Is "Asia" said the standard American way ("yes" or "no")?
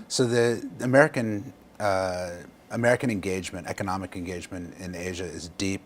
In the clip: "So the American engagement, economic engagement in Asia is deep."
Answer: yes